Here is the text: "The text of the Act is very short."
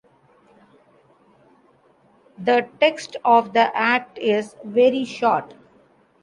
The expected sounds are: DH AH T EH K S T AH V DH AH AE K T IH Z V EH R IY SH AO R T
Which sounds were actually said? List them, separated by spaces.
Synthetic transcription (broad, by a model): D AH T EH K S T AH V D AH AE K T IH Z V EH R IY SH AO R T